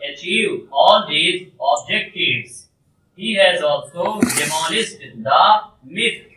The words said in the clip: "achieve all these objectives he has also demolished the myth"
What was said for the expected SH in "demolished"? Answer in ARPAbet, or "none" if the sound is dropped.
S